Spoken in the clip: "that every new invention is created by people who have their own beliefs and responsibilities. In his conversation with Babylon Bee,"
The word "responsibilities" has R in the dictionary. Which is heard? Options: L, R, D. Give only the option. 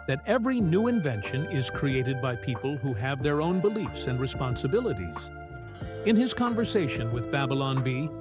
R